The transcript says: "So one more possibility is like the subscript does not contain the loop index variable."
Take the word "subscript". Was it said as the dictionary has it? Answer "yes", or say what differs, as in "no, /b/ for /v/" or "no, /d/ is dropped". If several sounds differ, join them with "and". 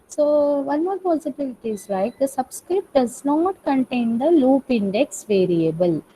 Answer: yes